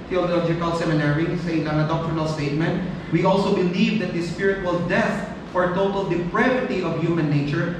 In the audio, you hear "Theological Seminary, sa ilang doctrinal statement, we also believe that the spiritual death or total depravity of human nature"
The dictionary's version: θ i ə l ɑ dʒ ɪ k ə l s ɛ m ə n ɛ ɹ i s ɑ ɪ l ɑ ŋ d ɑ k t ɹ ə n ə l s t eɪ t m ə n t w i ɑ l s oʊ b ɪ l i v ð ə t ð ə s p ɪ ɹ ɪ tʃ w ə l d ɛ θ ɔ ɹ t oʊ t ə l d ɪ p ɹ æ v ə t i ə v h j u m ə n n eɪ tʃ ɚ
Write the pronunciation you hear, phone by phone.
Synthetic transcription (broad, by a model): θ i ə l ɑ dʒ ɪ k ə l s ɛ m ə n ɛ ɹ i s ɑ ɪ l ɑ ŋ d ɑ k t ɹ ə n ə l s t eɪ t m ə n t w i ɑ l s oʊ b ɪ l i v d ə t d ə s p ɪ ɹ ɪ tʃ w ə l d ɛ f ɔ ɹ t oʊ t ə l d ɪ p ɹ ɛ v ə t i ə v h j u m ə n n eɪ tʃ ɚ